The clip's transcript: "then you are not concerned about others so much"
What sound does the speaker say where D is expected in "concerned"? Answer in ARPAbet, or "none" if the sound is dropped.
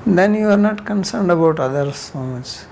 D